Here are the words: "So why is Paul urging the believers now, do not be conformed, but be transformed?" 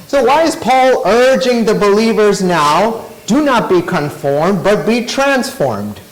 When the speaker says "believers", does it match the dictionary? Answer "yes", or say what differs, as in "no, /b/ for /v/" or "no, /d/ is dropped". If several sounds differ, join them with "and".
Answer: yes